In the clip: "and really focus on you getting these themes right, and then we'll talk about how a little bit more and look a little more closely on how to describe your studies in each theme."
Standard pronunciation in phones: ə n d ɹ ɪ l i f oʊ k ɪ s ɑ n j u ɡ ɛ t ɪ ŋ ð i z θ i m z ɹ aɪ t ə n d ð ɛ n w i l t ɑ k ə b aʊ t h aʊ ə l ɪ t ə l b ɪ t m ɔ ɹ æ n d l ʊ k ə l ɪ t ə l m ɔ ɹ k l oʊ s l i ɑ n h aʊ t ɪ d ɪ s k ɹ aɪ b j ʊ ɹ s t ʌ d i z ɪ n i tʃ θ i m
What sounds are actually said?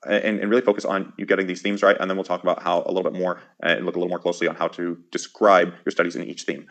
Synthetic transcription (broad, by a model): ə n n ɹ ɪ l i f oʊ k ɪ s n j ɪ ɡ ɛ t ɪ ŋ ð i z θ i m z ɹ aɪ t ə n ð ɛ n w i l t ɑ k ə b aʊ t h aʊ ə l ɪ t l b ɪ t m ɔ ɹ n l ʊ k ə l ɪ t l m ɔ ɹ k l oʊ s l i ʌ n h aʊ t ɪ d ɪ s k ɹ aɪ b j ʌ ɹ s t ʌ d i z ɪ n i tʃ θ i m